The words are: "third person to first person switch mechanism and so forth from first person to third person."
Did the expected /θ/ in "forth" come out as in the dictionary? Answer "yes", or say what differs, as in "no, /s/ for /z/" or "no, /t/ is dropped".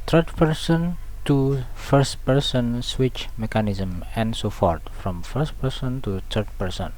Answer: no, /t/ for /θ/